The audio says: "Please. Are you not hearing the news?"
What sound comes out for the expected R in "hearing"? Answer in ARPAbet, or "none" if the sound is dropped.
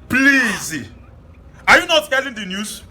L